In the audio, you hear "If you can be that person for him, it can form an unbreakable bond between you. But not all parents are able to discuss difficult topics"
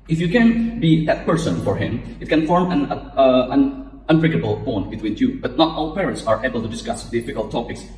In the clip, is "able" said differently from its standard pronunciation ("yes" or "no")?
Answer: no